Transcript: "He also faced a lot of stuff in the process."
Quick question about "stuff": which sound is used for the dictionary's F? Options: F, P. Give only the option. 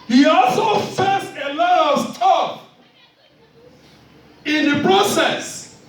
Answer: P